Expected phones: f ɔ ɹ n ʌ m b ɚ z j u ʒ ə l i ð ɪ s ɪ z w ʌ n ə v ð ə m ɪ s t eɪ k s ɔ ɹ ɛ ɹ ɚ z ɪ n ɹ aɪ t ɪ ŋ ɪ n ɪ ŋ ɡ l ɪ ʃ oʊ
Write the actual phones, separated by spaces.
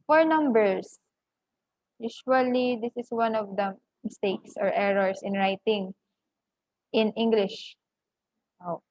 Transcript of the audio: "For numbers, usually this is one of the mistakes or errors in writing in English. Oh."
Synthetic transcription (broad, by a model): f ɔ ɹ n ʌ m b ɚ s j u ʃ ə l i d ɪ s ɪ s w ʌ n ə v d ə m ɪ s t eɪ k s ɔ ɹ ɛ ɹ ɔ s ɪ n ɹ aɪ t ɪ ŋ ɪ n ɪ ŋ ɡ l ɪ ʃ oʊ